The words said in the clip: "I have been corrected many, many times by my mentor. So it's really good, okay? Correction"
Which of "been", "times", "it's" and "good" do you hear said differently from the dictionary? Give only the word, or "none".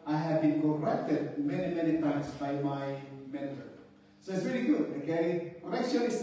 times